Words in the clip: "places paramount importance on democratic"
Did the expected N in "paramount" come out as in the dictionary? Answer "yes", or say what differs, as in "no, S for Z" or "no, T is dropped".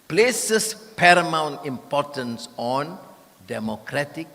yes